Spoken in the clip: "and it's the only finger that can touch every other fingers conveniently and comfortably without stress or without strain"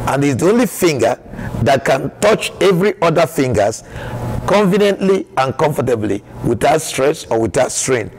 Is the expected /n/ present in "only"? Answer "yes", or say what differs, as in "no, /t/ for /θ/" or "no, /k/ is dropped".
yes